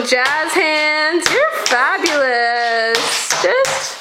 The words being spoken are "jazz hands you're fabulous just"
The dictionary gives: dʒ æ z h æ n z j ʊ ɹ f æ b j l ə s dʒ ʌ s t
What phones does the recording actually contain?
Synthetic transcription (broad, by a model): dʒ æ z h æ n z j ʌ ɹ f æ b j l ə s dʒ ʌ s t